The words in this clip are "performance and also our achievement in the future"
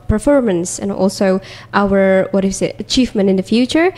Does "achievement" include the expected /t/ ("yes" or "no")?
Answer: no